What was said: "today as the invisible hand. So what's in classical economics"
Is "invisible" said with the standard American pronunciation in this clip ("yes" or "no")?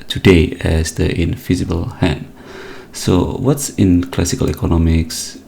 no